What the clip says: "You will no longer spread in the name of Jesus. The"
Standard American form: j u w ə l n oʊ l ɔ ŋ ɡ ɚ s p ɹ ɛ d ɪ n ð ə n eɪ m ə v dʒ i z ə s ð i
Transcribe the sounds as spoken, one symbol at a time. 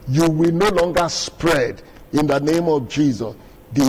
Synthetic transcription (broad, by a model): j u w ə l n oʊ l ɔ ŋ ɡ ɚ s p ɹ ɛ d ɪ n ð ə n eɪ m ə v dʒ i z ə s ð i